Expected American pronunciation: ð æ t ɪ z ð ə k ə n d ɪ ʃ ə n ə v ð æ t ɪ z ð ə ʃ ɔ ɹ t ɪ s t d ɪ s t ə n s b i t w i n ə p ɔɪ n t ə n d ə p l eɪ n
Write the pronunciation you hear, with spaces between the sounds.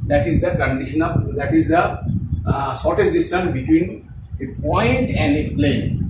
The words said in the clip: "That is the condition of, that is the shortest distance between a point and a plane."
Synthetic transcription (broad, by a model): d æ t ɪ z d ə k ə n d ɪ ʃ ə n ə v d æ t ɪ z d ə s ɔ ɹ t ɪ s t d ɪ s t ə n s b i t w i n ə p ɔɪ n t ə n d ə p l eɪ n